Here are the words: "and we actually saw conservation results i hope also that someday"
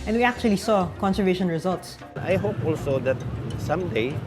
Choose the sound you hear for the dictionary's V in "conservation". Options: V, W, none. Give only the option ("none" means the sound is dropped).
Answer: V